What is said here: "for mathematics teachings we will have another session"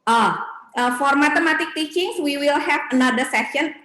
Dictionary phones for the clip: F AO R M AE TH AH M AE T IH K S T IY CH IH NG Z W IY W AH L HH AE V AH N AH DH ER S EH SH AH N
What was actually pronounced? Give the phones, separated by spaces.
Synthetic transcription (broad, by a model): F AO R M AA T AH M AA T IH K T IY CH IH NG S W IY W AH L HH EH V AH N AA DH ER S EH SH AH N